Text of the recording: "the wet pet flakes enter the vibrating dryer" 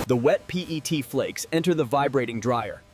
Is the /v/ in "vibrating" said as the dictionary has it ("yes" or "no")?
yes